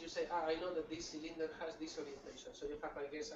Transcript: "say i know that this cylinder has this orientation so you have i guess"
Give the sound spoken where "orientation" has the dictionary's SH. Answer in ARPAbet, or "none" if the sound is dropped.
SH